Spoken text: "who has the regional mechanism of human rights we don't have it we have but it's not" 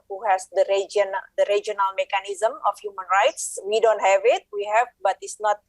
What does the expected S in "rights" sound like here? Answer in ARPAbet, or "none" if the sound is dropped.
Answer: S